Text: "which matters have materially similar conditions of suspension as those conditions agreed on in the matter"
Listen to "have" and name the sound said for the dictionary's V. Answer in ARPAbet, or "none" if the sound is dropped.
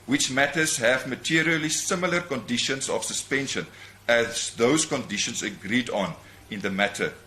V